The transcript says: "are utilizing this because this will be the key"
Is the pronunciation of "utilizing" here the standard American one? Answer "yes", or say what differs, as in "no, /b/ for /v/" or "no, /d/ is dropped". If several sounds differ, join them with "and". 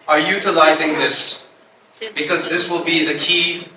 yes